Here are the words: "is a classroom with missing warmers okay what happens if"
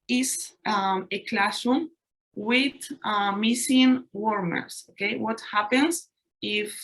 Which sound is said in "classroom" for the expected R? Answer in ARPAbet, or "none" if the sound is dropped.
none